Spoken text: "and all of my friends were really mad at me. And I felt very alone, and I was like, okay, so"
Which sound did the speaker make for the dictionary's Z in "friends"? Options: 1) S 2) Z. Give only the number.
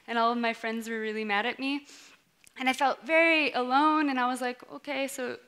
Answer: 2